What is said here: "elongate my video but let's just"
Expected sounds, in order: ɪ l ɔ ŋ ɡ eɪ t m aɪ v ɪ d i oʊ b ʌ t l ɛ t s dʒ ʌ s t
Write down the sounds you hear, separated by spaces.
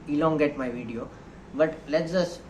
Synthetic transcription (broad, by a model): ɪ l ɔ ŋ ɡ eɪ t m aɪ v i d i oʊ b ʌ t l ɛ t dʒ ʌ s